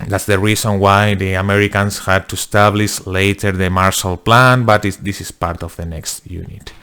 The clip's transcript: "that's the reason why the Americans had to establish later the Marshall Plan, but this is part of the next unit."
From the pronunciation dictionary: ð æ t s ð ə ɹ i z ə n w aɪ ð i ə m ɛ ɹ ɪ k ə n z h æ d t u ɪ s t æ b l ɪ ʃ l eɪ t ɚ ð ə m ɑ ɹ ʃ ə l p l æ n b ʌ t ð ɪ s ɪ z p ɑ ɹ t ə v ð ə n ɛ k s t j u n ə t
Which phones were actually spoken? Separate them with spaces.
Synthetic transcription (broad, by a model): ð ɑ t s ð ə ɹ i s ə n w aɪ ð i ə m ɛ ɹ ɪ k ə n s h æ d t u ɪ s t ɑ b l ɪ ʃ l eɪ t ɚ ð ə m ɑ ɹ ʃ ə l p l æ n b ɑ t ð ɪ s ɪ s p ɑ ɹ t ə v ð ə n ɛ k s t j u n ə t